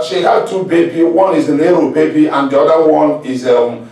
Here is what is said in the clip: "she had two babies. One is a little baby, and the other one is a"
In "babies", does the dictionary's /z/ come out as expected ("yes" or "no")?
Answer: no